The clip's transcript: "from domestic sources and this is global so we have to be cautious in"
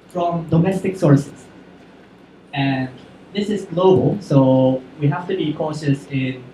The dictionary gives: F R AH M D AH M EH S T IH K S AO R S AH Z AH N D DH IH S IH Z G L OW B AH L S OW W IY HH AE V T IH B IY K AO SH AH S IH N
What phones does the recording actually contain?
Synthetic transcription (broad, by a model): F R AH M D AH M EH S T IH K S AO R S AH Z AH N DH IH S IH Z G L OW B AH L S OW W IY HH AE F T IH B IY K AO SH AH S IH N